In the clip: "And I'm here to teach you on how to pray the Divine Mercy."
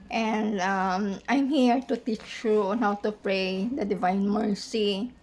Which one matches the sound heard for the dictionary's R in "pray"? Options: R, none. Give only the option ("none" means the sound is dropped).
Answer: R